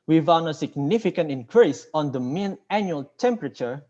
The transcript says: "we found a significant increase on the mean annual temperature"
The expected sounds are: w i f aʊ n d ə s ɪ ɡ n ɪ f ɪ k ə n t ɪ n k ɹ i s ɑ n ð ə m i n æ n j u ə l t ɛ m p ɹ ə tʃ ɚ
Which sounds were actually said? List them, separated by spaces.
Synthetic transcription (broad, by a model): w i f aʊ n ə s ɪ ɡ n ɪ f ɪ k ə n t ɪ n k ɹ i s ɑ n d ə m i n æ n j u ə l t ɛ m p ɹ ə tʃ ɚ